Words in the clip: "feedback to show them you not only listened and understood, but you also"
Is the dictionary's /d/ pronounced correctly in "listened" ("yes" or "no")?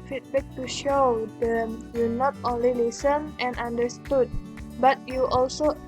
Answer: no